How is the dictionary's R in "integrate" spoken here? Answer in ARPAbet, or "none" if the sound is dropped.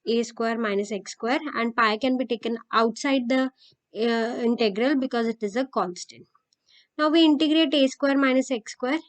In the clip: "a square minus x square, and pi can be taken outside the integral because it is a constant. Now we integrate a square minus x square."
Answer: R